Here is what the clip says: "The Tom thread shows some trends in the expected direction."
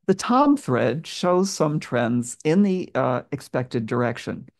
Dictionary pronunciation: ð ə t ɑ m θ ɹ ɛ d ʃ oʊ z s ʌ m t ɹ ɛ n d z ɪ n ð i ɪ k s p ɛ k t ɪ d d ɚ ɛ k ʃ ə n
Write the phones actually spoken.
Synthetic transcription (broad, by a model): ð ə t ɑ m θ ɹ ɛ d ʃ oʊ z s ʌ m t ɹ ɛ n d z ɪ n ð i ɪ k s p ɛ k t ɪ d d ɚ ɛ k ʃ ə n